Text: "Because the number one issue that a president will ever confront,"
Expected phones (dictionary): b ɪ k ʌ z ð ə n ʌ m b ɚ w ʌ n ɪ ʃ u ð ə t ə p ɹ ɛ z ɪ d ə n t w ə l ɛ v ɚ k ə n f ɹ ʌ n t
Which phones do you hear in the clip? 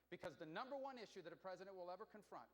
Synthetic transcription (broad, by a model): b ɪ k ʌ z ð ə n ʌ m b ɚ w ʌ n ɪ ʃ u ð ə t ə p ɹ ɛ z ɪ d ə n t w ə l ɛ v ɚ k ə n f ɹ ʌ n t